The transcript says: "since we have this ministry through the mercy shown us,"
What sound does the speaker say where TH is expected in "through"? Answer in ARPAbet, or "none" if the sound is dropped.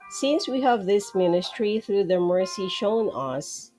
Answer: TH